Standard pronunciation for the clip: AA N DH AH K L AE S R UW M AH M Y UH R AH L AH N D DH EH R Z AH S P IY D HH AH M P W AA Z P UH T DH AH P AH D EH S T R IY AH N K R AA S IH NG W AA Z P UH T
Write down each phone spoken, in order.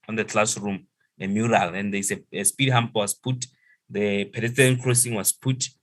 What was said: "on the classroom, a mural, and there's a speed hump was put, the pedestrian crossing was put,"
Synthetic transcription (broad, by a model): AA N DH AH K L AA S R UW M AH M Y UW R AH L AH N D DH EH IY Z AH S P IY D HH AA M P W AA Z P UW T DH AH P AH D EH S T IY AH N K R AA S IH NG W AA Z P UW T